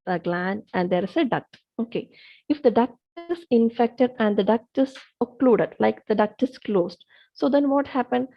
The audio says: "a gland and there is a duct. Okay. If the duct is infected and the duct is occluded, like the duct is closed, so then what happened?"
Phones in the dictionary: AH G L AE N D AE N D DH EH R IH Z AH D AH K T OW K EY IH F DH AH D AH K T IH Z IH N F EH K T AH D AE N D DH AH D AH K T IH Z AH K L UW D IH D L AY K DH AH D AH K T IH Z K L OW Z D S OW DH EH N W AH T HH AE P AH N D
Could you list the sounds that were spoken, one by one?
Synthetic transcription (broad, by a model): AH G L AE N AE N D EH R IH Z AH D AH K T OW K EY IH F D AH D AH K T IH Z IH N F EH K T AH D AE N D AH D AH K T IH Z AH K L UW D IH D L AY K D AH D AH K T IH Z K L OW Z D S OW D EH N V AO T HH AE P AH N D